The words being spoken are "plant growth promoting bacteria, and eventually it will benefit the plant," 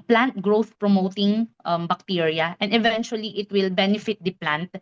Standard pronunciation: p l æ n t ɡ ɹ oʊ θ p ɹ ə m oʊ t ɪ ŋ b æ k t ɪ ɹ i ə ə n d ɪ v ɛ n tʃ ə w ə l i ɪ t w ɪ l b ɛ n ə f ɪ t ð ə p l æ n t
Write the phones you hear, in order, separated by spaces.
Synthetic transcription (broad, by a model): p l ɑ n t ɡ ɹ oʊ θ p ɹ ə m oʊ t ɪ ŋ b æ k t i ɹ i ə ə n d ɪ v ɛ n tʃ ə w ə l i ɪ t w ɪ l b ɛ n ə f ɪ t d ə p l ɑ n t